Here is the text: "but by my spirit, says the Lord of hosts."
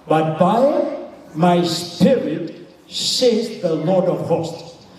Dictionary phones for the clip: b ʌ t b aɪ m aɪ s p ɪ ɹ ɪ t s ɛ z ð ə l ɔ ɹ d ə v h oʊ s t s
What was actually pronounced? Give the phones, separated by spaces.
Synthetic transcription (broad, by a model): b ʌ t b aɪ m aɪ s p ɪ ɹ ɪ t s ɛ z ð ə l ɔ ɹ d ə v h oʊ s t